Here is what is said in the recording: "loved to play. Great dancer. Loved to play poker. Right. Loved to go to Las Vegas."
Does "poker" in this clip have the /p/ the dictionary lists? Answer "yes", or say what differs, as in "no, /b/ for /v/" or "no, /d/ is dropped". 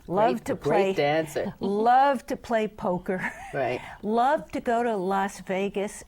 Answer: yes